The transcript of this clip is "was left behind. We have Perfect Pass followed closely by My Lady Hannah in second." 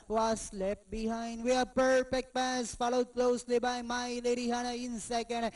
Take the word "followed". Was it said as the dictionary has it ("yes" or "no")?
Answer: yes